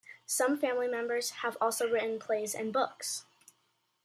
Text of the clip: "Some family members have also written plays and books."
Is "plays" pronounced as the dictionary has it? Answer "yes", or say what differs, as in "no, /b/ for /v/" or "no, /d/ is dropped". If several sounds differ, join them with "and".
yes